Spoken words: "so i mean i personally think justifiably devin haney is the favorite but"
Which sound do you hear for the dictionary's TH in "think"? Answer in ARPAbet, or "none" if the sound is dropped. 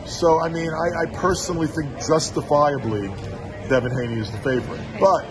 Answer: TH